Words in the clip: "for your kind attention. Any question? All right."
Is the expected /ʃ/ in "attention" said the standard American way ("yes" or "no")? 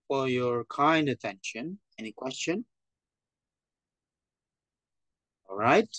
yes